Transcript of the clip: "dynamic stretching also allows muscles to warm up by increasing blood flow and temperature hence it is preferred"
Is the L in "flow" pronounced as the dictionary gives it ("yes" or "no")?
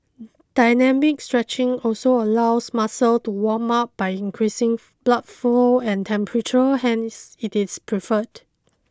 no